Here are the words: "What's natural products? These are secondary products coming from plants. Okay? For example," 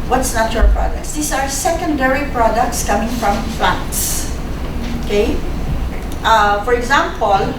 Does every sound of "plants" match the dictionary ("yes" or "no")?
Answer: no